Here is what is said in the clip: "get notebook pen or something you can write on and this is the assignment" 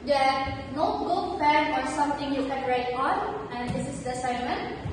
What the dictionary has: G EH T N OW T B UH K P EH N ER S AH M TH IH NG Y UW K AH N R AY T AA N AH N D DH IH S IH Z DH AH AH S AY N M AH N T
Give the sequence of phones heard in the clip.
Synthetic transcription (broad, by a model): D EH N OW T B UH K F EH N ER S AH M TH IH NG Y UW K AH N R AY T AA N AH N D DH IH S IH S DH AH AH S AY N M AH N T